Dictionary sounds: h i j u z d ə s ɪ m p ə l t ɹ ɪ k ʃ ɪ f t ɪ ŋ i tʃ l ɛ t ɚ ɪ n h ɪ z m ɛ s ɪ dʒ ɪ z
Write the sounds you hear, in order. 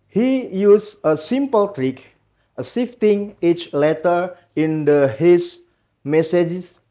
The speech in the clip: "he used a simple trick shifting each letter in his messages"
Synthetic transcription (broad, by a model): h i j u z ə s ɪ m p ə l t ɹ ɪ k s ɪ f t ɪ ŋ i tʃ l ɛ t ɚ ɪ n h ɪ s m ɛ s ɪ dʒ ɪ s